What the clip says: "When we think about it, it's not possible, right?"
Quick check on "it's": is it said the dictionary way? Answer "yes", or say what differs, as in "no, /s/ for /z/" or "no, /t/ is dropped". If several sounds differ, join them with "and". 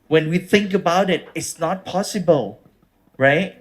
yes